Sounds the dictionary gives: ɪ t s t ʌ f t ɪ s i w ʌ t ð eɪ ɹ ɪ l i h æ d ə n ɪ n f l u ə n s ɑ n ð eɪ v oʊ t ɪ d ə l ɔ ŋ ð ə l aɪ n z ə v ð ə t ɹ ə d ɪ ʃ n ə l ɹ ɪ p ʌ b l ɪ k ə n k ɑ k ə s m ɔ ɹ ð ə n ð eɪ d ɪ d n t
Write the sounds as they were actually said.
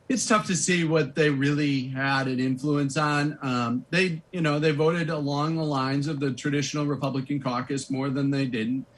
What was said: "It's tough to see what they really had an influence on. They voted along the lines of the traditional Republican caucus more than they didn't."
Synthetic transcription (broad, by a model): ɪ t s t ʌ f t ɪ s i w ʌ t ð eɪ ɹ ɪ l i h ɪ d ə n ɪ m f l u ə n s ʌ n ð eɪ v oʊ t ɪ d ə l ɔ ŋ ð ə l aɪ n z ə v ð ə t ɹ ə d ɪ ʃ n l ɹ ɪ p ʌ b l ɪ k ə n k ɑ k ə s m ɔ ɹ ð ə n ð eɪ d ɪ d n t